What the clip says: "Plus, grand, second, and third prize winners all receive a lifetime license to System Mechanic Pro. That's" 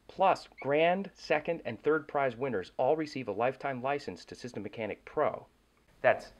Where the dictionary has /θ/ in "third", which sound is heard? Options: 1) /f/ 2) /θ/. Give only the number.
2